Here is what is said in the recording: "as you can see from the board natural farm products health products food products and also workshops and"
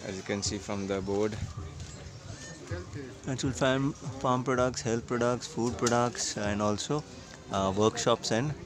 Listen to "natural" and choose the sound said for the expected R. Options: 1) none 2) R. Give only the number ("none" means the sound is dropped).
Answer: 1